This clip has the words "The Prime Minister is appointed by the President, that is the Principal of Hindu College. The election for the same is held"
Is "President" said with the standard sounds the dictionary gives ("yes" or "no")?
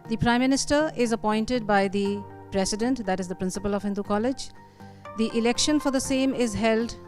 no